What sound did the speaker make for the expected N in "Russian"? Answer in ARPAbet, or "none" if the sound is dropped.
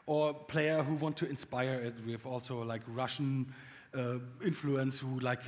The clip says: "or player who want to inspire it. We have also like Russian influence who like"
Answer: none